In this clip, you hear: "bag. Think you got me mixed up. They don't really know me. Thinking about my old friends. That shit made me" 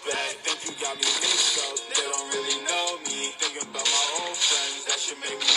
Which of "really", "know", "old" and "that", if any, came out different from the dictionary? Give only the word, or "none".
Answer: old